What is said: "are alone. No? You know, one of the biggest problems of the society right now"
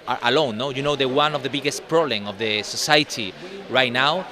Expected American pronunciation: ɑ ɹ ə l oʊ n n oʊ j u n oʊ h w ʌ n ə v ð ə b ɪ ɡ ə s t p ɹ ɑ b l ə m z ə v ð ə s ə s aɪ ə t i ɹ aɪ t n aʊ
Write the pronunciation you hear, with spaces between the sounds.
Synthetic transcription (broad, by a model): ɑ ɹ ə l oʊ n n oʊ j u n oʊ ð w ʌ n ə v ð ə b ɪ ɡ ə s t p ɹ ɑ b l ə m ə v ð ə s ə s aɪ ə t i ɹ aɪ t n aʊ